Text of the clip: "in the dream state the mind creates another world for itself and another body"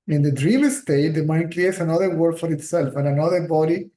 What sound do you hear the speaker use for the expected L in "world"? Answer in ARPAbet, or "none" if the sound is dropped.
none